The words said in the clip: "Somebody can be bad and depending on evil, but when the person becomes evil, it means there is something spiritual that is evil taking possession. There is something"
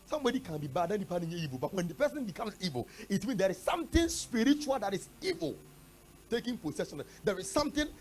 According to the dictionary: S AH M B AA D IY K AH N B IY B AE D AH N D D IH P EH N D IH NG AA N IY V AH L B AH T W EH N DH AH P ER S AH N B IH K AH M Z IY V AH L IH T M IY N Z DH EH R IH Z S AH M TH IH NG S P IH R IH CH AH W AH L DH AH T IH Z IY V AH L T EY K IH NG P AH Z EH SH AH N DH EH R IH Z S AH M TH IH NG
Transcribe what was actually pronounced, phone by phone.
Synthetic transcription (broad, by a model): S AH M B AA D IY K AH N B IY B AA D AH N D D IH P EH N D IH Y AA IY V AH L B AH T W EH N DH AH P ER S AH N B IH K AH M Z IY V AH L IH T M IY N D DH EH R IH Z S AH M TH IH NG S P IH R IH CH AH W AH L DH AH T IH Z IY V AH L T EY K IH NG P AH S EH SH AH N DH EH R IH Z S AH M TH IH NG